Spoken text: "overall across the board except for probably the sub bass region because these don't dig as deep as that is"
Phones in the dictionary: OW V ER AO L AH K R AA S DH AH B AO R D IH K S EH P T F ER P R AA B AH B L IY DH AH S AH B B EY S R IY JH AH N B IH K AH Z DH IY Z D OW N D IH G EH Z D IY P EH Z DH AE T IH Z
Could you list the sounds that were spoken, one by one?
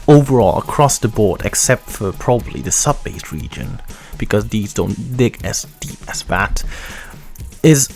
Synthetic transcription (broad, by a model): OW V ER AO L AH K R AA S DH AH B AO R D IH K S EH P T F ER P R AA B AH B L IY DH AH S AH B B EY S R IY JH AH N B IH K AH Z DH IY Z D OW N D IH G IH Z D IY P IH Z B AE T IH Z